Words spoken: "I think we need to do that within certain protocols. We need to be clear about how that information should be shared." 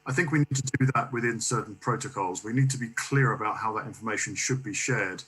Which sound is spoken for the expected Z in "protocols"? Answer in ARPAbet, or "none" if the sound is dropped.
Z